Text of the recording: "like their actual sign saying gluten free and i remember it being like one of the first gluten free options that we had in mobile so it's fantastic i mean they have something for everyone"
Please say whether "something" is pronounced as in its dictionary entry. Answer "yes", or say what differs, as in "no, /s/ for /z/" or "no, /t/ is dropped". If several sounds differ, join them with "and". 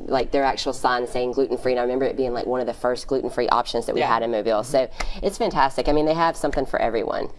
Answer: yes